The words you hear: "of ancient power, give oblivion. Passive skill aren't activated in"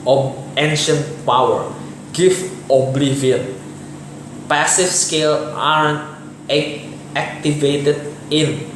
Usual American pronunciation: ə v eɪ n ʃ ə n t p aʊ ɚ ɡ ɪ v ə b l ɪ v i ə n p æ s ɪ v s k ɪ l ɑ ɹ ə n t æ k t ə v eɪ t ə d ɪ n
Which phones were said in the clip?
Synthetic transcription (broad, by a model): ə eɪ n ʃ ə n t p aʊ ɚ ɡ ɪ f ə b l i v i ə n p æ s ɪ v s k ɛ l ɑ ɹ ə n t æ k t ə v eɪ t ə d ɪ n